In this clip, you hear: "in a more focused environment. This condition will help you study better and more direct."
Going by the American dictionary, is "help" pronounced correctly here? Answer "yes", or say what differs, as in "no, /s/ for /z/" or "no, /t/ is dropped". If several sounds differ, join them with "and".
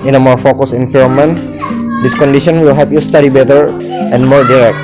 no, /l/ is dropped